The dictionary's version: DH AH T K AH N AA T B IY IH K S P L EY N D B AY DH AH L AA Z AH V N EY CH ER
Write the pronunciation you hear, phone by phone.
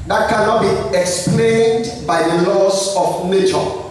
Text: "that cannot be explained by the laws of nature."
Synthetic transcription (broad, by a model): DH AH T K AH N AA T B IY IH K S P L EY N D B AY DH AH L AA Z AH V N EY CH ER